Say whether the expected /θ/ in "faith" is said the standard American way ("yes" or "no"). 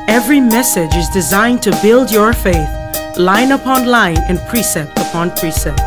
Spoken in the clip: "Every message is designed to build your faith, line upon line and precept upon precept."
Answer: yes